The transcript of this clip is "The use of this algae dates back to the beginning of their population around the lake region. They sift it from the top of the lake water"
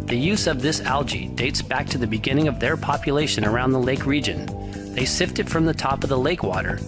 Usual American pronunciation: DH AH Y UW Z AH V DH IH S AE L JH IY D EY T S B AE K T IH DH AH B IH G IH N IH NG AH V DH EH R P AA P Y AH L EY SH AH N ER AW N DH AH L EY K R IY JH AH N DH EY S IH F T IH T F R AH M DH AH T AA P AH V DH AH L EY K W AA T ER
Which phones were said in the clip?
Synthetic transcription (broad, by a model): DH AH Y UW Z AH V DH IH S AE L JH IY D EY T S B AE K T IH DH AH B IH G IH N IH NG AH V DH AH R P AA P Y AH L EY SH AH N ER AW N DH AH L EY K R IY JH AH N DH EY S IH F T IH T F R AH M DH AH T AA P AH V DH AH L EY K W AA T ER